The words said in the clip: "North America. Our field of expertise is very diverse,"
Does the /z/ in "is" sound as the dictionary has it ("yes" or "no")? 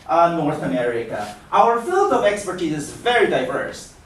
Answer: yes